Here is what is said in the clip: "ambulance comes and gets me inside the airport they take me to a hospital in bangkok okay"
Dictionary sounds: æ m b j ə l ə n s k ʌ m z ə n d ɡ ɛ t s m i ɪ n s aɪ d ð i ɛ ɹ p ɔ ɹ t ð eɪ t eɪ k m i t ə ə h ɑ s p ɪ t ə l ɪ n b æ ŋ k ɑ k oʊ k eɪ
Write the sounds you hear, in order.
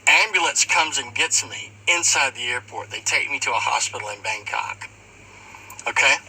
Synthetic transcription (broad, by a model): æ m b j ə l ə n s k ʌ m z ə n ɡ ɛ t m i ɪ n s aɪ d ð i ɛ ɹ p ɔ ɹ t ð eɪ t eɪ k m i t ə ə h ɑ s p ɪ t l ɪ n b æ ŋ k ɑ k oʊ k eɪ